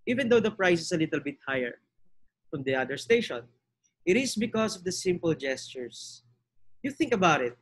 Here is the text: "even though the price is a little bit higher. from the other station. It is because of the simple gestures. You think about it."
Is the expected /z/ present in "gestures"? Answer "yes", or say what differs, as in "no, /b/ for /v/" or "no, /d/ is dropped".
no, /s/ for /z/